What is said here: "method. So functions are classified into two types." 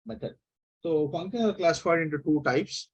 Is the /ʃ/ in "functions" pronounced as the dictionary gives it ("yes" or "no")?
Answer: no